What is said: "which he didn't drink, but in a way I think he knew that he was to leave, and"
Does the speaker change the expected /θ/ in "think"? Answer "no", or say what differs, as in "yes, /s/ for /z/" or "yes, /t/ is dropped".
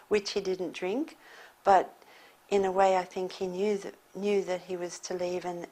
no